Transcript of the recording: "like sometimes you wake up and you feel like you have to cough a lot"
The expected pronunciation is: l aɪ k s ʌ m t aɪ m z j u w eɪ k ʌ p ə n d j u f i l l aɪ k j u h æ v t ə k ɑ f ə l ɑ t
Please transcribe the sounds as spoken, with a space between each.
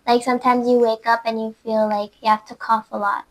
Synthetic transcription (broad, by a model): l aɪ k s ʌ m t aɪ m z j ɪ w eɪ k ʌ p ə n j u f i l l aɪ k j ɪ h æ f t ə k ɑ f ə l ɑ t